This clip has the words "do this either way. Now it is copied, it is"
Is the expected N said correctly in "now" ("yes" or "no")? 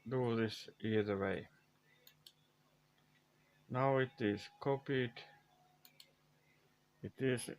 yes